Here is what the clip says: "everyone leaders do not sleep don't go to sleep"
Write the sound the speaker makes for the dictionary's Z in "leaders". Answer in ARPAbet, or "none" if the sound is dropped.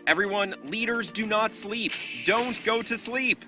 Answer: Z